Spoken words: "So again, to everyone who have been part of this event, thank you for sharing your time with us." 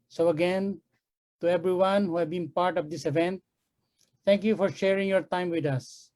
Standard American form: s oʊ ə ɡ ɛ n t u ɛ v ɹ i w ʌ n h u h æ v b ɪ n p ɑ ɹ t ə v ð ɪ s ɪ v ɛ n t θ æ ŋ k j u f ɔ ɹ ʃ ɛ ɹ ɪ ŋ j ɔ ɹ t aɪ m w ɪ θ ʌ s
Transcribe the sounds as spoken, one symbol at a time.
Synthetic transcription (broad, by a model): s oʊ ə ɡ ɛ n t u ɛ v ɹ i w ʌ n h u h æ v b ɪ n p ɑ ɹ t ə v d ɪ s ɪ v ɛ n t t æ ŋ k j u f ɔ ɹ ʃ ɛ ɹ ɪ ŋ j ɔ ɹ t aɪ m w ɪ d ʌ s